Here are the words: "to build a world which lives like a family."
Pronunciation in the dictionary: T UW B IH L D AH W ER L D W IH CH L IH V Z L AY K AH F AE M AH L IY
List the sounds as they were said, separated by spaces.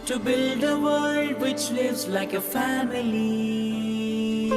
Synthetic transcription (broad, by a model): T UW B IH L D AH W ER L D W IH CH L IH V Z L AY K AH F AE M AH L IY